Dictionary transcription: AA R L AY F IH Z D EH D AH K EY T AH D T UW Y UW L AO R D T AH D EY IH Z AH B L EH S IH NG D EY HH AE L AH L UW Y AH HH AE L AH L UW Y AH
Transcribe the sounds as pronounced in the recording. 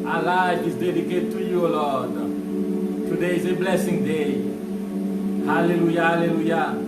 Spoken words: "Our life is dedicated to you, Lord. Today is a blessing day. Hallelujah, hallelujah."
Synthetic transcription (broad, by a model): AA L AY IH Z D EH D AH K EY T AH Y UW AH L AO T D T AH D EY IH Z AH B L EH S IH NG D EY HH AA L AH L UW Y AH HH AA L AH L UW Y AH